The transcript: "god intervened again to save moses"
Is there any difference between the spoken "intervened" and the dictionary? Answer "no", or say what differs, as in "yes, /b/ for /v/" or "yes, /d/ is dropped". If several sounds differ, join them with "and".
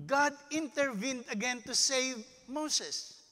no